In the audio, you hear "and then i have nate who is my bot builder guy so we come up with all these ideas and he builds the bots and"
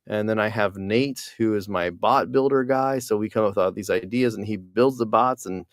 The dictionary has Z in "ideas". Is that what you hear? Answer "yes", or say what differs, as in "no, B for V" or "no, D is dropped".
yes